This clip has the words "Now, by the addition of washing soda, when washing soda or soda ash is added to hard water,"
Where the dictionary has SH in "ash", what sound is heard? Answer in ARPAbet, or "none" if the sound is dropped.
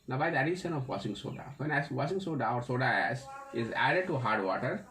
S